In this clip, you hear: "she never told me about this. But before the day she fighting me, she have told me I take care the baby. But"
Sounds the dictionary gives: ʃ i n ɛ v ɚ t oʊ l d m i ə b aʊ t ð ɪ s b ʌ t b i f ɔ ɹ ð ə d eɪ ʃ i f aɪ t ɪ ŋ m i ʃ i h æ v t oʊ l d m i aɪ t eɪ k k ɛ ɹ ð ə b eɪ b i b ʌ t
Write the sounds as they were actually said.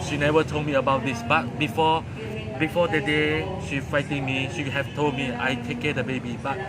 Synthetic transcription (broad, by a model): ʃ i n ɛ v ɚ t oʊ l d m i ə b aʊ t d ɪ s b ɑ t b i f ɔ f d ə d eɪ ʃ i f aɪ t ɪ ŋ m i ʃ i h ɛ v t oʊ l d m i aɪ t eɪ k k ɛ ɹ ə b eɪ b i b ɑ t